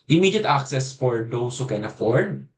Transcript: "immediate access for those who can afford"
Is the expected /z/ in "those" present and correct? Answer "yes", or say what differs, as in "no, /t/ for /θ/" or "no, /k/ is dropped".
no, /s/ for /z/